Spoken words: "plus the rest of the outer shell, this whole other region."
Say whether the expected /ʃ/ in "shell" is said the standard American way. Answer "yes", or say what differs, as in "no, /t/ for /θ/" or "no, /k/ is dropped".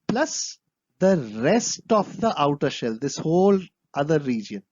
yes